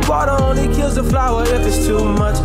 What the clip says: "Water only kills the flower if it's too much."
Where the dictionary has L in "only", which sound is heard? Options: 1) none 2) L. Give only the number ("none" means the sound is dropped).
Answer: 1